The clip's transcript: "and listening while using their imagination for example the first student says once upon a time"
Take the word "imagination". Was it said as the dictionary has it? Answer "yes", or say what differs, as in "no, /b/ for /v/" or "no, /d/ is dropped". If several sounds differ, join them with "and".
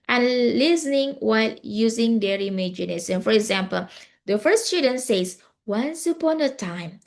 no, /s/ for /ʃ/